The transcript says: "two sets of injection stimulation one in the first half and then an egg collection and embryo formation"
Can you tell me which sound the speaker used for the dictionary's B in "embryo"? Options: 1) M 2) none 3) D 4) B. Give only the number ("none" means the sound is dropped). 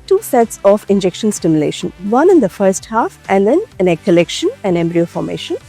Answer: 4